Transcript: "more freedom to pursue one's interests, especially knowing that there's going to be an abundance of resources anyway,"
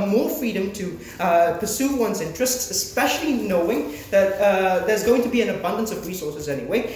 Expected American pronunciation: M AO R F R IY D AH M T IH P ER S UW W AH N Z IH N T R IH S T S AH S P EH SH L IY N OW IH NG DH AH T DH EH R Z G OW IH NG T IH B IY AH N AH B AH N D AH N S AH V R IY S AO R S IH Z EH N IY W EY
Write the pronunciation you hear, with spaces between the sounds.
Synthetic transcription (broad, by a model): M AO R F R IY D AH M T IH P ER S UW W AH N Z IH N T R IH S T S AH S P EH SH L IY N OW IH NG DH AH T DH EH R Z G OW IH NG T IH B IY AH N AH B AH N D AH N S AH V R IY S AO R S IH Z EH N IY W EY